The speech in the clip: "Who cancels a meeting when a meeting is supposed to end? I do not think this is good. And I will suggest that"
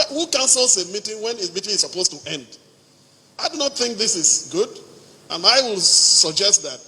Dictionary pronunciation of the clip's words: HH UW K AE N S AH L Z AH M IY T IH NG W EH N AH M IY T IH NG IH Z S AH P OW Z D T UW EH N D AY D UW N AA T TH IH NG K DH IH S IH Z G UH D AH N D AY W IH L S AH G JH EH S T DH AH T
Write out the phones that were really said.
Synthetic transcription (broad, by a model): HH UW K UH N S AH L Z AH M IY T IH NG W EH N AH M IY T IH NG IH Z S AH P OW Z T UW EH N D AY D UW N AA T TH IH NG K DH IH S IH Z G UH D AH N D AY W IH L S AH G JH EH S T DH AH T